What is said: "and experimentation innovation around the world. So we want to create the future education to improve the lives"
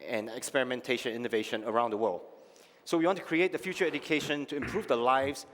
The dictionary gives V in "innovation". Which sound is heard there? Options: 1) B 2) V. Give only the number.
2